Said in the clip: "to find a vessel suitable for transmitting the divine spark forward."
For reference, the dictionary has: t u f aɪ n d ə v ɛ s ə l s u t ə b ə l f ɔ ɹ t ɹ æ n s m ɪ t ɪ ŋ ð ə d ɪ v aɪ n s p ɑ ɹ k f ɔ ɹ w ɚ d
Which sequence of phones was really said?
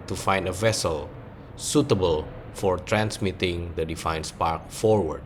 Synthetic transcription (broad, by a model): t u f aɪ n d ə v ɛ s ə l s u t ə b ə l f ɔ ɹ t ɹ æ n s m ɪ t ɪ ŋ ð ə d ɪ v aɪ n s p ɑ ɹ k f ɔ ɹ w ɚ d